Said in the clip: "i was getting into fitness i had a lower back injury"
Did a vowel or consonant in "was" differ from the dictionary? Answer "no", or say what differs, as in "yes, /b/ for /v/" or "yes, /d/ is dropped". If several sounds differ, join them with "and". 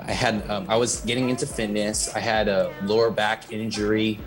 no